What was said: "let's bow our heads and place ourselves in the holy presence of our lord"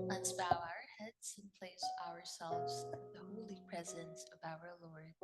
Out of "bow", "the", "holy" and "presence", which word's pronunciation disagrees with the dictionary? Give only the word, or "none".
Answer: none